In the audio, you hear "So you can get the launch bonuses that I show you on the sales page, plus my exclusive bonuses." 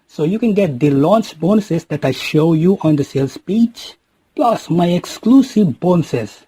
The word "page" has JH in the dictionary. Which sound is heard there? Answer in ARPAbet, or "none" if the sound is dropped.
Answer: CH